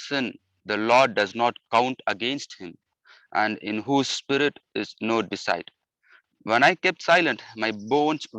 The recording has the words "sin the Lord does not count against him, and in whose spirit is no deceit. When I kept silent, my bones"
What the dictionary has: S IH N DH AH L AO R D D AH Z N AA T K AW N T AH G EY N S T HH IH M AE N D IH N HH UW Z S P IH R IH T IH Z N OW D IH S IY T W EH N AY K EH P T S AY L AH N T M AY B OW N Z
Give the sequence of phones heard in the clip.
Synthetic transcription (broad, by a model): S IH N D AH L AO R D D AH Z N AA T K AW N T AH G EY N S T HH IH M AE N D IH N HH UW Z S P IH R IH T IH Z N OW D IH S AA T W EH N AY K EH P T S AY L AH N T M AY B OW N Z